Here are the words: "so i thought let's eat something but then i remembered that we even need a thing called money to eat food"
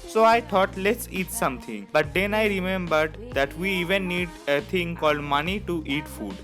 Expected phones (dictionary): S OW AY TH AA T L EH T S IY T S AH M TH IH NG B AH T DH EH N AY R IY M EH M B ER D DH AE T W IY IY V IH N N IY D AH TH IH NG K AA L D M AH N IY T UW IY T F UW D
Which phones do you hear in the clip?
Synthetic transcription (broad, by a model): S OW AY T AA T L EH T S IY T S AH M T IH NG B AH T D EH N AY R IY M EH M B ER D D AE T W IY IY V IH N N IY D AH T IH NG K AA L D M AH N IY T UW IY T F UW D